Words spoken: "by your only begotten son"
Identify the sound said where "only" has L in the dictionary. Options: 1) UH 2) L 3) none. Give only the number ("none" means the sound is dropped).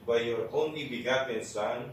3